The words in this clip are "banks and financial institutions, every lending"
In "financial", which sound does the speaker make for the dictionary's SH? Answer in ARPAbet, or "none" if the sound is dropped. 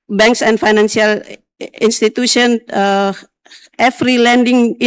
S